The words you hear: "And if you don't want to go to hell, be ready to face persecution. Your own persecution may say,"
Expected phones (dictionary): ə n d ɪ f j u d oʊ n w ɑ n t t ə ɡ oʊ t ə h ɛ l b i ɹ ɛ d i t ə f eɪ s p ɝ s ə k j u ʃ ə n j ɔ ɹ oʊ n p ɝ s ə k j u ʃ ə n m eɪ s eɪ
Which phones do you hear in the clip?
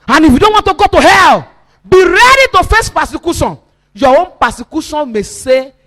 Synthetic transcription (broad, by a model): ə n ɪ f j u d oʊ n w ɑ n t t ə ɡ oʊ t ə h ɛ l b i ɹ ɛ d i t ə f eɪ s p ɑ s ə k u s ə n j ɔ w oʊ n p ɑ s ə k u s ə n m eɪ s eɪ